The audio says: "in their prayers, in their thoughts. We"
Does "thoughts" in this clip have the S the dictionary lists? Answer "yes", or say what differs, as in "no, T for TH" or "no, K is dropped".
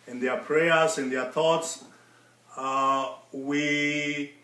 yes